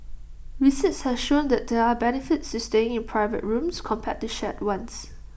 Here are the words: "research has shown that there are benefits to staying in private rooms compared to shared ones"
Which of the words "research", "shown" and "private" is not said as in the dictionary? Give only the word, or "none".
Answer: research